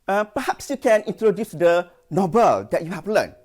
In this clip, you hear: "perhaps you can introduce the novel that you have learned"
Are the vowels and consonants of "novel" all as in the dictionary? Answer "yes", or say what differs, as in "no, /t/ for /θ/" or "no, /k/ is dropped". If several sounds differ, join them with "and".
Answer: no, /b/ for /v/